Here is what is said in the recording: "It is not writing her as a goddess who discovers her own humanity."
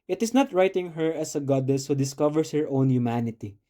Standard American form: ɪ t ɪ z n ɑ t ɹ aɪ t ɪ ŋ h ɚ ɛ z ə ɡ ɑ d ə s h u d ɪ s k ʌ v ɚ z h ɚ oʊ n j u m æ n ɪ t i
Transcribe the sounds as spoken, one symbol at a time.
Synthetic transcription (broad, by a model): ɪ t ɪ s n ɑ t ɹ aɪ t ɪ ŋ h ɚ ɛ s ə ɡ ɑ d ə s h u d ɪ s k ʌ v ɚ s h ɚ oʊ n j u m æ n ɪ t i